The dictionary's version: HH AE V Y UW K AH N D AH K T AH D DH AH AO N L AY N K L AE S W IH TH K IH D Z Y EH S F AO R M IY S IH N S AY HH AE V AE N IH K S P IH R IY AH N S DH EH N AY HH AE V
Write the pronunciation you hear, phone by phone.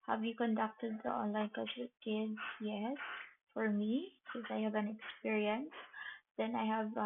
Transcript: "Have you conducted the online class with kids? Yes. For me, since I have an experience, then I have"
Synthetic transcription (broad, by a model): HH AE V Y UW K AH N D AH K T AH D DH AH AO N L AY N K AA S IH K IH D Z Y EH S F AO R M IY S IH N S AY HH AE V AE N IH K S P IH R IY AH N S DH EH N AY HH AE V